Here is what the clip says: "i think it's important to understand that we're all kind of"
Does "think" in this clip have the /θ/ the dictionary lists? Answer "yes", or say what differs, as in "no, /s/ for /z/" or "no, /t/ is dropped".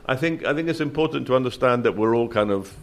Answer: yes